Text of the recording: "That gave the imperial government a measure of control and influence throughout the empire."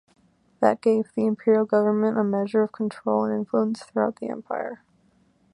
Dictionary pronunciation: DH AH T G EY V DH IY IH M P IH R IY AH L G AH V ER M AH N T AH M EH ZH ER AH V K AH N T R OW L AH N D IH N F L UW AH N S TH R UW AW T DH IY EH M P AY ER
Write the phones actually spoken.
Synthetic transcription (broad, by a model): DH AH T G EY V DH IY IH M P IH R IY L G AH V ER M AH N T AH M EH ZH ER AH V K N T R OW L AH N IH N F L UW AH N S TH R UW AW T DH IY EH M P AY ER